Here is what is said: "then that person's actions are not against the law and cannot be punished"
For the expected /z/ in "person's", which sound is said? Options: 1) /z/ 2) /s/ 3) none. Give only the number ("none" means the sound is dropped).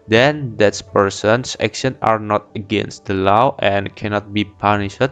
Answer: 2